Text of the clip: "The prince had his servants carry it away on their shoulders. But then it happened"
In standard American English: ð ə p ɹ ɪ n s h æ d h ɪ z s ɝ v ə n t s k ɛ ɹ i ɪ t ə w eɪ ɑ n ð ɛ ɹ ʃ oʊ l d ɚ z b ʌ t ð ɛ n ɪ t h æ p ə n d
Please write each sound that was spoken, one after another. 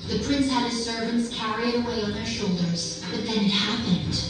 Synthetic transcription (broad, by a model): ð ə p ɹ ɪ n s h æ d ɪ s ɝ v ə n t s k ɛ ɹ i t ə w eɪ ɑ n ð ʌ ɹ ʃ oʊ l d ɚ z b ʌ t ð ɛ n ɪ t h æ p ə n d